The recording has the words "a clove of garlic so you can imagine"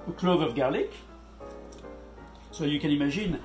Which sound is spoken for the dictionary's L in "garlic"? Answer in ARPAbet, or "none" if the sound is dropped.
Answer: L